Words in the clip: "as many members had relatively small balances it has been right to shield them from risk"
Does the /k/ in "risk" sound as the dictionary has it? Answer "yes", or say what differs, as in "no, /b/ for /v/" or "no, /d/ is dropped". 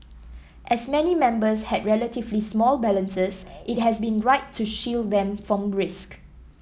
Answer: yes